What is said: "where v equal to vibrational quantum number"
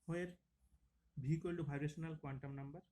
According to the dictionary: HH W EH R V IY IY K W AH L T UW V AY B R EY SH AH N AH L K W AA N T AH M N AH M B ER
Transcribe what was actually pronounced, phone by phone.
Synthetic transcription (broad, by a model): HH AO EH R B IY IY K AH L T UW B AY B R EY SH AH N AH L K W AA N T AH M N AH M B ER